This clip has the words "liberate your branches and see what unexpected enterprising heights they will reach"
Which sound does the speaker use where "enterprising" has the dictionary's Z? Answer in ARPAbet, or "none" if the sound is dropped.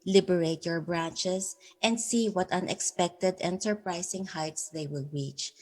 S